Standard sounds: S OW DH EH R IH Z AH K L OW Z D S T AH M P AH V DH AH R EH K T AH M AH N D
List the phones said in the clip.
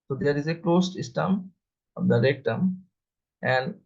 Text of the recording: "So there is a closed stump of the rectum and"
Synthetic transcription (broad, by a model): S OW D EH R IH Z AH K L OW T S S T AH M AH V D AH R EH K T AH M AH N D